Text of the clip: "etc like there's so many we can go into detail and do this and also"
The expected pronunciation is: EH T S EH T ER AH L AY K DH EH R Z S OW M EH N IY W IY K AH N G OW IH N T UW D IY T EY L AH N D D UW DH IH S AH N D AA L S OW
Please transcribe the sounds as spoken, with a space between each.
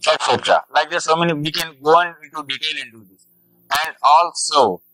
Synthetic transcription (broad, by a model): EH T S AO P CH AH L AY K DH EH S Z S OW M EH N IY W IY K AH N G OW IH N T UW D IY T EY N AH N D D UW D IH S AH N D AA L S OW